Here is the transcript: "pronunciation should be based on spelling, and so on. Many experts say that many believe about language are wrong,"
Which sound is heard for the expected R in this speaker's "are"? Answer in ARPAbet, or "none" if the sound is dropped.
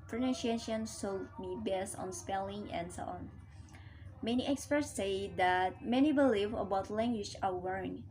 L